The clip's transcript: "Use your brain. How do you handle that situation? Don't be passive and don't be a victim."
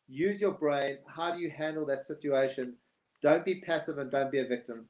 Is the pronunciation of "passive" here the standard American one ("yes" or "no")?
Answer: yes